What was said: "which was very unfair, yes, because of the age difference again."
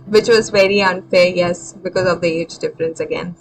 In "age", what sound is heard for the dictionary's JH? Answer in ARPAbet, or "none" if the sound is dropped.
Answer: JH